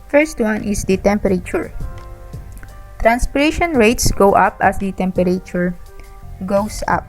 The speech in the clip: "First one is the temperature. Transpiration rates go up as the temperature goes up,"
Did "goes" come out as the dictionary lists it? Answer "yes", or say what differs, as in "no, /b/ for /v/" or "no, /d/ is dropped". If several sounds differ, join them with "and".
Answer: no, /s/ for /z/